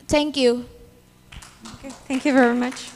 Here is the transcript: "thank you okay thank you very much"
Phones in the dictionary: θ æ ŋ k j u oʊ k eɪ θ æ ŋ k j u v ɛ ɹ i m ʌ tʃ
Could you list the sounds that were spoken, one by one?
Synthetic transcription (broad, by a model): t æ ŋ k j u oʊ k eɪ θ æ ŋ k j u v ɛ ɹ i m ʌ tʃ